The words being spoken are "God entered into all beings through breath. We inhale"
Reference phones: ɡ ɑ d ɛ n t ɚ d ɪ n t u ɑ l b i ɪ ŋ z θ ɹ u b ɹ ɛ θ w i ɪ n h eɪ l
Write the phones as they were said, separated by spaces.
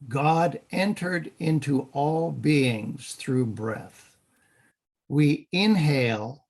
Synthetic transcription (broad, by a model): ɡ ɑ d ɛ n t ɚ d ɪ n t u ɑ l b i ɪ ŋ z θ ɹ u b ɹ ɛ θ w i ɪ n h eɪ l